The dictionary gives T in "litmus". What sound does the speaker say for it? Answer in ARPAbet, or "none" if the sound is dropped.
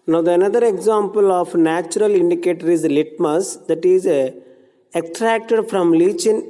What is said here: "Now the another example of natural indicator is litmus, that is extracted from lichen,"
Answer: T